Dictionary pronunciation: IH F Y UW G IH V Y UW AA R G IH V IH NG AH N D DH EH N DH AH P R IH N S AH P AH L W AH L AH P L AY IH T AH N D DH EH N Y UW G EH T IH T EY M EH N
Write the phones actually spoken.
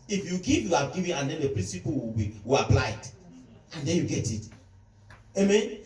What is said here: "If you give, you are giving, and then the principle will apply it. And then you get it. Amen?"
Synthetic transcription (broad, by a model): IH F Y UW G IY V Y UW AA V G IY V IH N AH N D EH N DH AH P R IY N S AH P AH W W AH W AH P L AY IH T AH N D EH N Y UW G EH T IH T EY M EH N